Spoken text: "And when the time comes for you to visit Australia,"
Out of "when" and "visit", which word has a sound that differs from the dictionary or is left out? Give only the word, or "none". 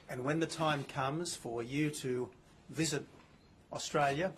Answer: none